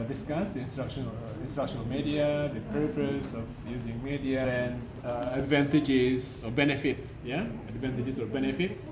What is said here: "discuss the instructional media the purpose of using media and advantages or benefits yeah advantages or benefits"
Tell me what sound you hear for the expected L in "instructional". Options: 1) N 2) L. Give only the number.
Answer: 1